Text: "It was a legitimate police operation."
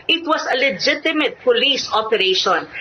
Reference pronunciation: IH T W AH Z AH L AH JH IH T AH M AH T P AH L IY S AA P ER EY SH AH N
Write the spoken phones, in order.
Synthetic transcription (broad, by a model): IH T W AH S AH L AH JH IH T AH M AH T P AH L IY S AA P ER EY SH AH N